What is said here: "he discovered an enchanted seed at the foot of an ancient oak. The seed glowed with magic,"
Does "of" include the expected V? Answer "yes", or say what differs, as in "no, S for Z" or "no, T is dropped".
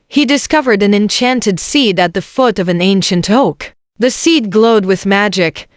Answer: yes